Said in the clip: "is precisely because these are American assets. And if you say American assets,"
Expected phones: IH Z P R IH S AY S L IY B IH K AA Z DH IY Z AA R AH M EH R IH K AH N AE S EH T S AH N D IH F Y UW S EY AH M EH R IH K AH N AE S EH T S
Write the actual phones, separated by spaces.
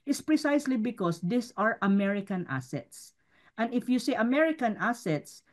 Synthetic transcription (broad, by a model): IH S P R IH S AY S L IY B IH K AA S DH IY S AA R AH M EH R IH K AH N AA S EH T S AH N D IH F Y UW S EY AH M EH R IH K AH N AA S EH T S